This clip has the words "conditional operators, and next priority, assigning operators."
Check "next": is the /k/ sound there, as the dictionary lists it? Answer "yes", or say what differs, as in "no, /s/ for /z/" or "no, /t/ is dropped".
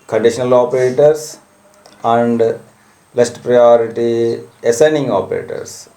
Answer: no, /k/ is dropped